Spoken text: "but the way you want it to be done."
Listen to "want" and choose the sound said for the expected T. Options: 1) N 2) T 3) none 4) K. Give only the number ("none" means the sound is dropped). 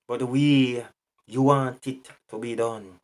2